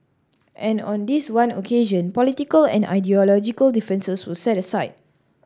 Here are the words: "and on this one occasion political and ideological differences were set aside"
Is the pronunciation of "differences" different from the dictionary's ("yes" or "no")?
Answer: yes